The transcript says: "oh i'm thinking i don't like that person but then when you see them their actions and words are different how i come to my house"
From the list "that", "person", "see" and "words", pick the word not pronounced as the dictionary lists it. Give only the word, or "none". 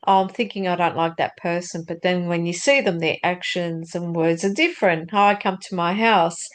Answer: none